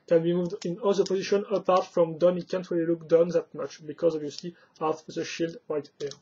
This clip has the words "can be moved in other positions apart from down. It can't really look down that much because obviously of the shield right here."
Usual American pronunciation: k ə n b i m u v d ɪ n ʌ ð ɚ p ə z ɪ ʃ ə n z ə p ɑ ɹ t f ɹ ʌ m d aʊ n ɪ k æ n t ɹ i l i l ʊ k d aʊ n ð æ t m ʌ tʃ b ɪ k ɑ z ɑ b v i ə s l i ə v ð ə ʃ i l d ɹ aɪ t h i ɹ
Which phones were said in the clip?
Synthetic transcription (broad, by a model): k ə n b i m u v d ɪ n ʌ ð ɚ p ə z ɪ ʃ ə n ə p ɑ ɹ t f ɹ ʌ m d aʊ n ɪ k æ n t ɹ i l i l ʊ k d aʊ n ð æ t m ʌ tʃ b ɪ k ɑ z ɑ b v i ə s l i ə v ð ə ʃ i l d w aɪ t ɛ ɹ